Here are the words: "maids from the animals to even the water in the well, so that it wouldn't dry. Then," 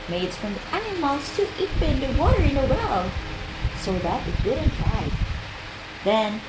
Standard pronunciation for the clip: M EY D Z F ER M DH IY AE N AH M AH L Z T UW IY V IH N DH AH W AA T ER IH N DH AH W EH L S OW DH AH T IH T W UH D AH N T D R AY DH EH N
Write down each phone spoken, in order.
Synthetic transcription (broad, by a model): M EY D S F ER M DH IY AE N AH M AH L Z T UW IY P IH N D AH W AA T ER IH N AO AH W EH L S OW DH AH T IH T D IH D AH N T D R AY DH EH N